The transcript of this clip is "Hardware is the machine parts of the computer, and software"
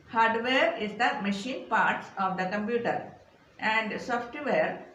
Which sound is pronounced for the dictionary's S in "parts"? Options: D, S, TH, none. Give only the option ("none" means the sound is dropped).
S